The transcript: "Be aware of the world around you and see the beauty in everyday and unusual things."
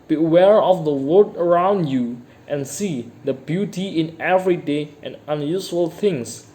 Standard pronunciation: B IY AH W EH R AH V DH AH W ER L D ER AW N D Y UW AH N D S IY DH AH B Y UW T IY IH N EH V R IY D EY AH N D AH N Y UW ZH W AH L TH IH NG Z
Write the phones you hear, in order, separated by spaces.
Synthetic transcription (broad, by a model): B IY AH W EH R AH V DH AH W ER D ER AW N D Y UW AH N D S IY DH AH B Y UW T IY IH N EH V R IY D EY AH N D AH N Y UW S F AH L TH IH NG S